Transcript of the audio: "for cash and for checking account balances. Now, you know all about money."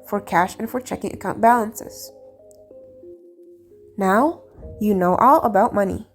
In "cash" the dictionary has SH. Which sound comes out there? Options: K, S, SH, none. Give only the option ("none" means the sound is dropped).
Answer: SH